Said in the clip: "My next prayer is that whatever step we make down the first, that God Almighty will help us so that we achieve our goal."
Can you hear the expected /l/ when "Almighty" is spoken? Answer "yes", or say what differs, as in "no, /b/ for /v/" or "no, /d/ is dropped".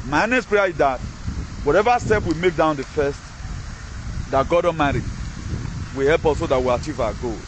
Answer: no, /l/ is dropped